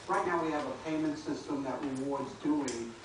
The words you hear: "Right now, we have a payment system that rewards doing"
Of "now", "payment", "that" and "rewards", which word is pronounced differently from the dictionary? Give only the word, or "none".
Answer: none